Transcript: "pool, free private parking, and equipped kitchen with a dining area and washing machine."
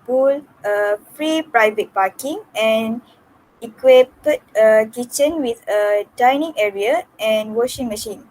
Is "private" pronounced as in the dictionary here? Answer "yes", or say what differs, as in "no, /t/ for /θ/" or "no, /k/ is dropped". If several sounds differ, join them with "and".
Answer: yes